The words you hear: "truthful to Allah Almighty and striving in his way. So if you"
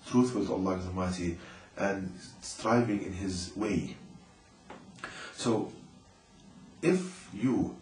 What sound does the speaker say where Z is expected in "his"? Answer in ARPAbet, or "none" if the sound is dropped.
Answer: Z